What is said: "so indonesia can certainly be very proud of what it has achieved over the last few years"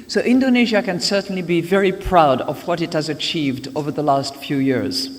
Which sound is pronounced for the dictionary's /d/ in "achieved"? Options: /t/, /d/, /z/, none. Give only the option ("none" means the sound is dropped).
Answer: /d/